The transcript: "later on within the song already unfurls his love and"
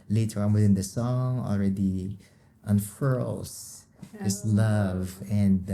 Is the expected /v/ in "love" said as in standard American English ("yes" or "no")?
yes